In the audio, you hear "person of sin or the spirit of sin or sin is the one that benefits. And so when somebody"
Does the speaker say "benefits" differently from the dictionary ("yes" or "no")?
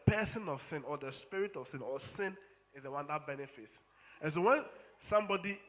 no